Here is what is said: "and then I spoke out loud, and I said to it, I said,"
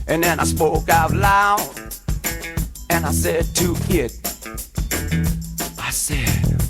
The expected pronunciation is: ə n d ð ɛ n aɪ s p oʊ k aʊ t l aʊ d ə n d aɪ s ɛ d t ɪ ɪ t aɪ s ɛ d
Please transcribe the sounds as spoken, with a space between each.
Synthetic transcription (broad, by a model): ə n ð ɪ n aɪ s p oʊ k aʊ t l aʊ ə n aɪ s ɛ d t ɪ ɪ t aɪ s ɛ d